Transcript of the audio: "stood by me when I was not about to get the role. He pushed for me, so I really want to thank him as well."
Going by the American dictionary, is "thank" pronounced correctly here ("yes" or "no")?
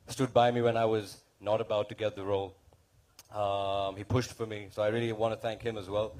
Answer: yes